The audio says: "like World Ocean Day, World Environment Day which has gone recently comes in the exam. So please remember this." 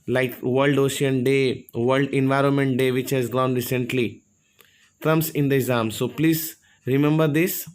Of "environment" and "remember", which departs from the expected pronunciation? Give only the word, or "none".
none